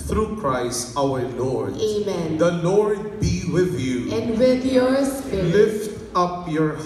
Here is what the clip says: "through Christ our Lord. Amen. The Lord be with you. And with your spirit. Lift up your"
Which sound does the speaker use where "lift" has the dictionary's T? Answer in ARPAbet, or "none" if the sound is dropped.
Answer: T